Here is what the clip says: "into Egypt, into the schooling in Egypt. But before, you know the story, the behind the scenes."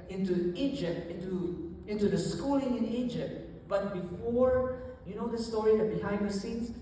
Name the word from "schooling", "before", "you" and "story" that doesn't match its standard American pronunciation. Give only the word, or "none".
none